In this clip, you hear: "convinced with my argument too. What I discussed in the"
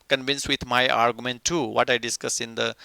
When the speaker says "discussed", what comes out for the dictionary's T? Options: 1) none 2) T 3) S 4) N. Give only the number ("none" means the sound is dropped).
1